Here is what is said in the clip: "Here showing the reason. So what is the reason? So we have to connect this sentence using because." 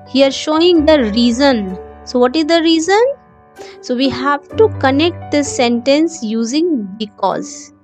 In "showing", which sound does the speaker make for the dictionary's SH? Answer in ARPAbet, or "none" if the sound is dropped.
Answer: SH